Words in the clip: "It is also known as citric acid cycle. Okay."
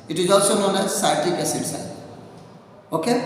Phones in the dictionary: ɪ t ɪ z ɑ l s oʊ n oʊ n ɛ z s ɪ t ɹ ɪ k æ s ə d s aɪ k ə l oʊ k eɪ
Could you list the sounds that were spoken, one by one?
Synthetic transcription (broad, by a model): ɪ t ɪ z ɑ l s oʊ n oʊ n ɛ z s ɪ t ɪ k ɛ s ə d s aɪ ə oʊ k eɪ